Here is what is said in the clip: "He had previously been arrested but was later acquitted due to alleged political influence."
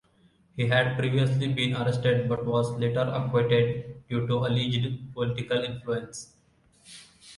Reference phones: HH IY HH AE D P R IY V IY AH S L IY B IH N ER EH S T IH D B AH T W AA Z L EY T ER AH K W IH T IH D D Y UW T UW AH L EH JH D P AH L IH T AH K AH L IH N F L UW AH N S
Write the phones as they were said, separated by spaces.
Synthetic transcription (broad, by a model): HH IY HH AE D P R IY V IY AH S L IY B IH N ER EH S T IH D B AH T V AA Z L EY T ER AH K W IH T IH D D Y UW T UW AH L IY JH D P AH L IH T AH K AH L IH N F L UW AH N S